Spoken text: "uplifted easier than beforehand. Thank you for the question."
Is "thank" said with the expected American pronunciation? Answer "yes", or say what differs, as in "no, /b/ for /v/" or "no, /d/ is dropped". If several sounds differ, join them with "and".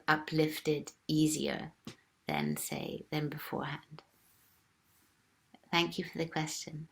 yes